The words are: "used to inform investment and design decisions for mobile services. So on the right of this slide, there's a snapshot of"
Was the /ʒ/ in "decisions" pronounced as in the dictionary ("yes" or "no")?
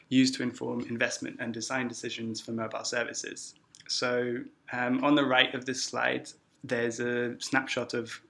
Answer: yes